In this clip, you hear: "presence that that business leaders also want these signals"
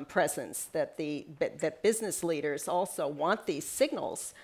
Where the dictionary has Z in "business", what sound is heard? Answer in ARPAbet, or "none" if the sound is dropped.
Z